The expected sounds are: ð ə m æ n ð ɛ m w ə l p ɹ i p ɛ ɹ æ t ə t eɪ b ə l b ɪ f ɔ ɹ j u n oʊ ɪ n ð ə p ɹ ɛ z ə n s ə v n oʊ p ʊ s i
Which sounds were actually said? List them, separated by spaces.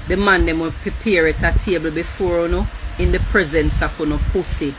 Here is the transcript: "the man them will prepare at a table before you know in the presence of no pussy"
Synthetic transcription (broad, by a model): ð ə m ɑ n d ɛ m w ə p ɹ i p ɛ ɹ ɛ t ə t eɪ b ə l b ɪ f ɔ ɹ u n oʊ ɪ n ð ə p ɹ ɛ z ə n s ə f n oʊ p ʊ s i